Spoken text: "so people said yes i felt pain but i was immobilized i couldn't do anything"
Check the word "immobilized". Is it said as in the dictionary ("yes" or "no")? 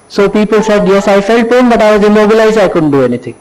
no